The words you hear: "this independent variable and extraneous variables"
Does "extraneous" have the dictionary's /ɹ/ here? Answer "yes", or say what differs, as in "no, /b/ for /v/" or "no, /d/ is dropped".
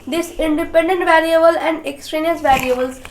yes